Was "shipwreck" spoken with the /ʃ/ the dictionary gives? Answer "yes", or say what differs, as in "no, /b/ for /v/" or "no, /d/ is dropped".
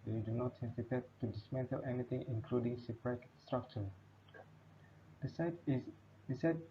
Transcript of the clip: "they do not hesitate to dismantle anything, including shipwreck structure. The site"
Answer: no, /s/ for /ʃ/